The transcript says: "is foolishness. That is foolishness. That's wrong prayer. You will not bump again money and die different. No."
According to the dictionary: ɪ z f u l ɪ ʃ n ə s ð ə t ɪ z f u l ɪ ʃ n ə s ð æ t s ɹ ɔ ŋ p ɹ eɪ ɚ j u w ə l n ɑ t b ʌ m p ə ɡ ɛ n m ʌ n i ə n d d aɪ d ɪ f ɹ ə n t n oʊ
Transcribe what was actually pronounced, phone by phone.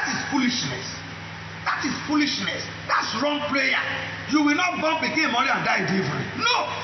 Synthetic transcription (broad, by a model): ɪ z f u l ɪ ʃ n ə s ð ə t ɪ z f u l ɪ ʃ n ə s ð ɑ t s ɹ ɔ ŋ p l eɪ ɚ j u w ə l n ɑ t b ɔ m b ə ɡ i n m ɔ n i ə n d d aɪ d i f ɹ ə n n oʊ